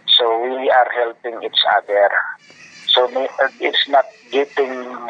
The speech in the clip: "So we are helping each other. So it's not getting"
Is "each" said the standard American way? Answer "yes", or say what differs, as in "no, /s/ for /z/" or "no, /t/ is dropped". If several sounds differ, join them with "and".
no, /s/ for /tʃ/